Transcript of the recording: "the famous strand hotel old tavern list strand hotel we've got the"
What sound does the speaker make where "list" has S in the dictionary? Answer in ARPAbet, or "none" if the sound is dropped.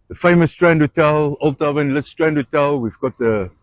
none